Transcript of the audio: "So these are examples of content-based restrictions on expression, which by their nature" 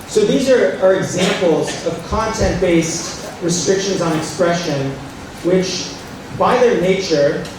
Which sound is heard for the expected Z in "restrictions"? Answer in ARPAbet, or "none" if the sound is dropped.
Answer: Z